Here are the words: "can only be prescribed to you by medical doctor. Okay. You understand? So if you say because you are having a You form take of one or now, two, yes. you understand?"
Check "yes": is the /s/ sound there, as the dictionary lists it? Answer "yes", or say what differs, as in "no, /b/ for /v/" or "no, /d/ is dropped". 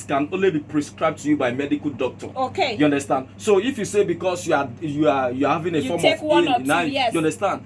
no, /s/ is dropped